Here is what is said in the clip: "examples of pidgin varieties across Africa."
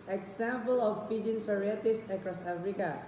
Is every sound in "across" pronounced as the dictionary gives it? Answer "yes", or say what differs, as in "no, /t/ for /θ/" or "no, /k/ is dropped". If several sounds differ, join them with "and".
yes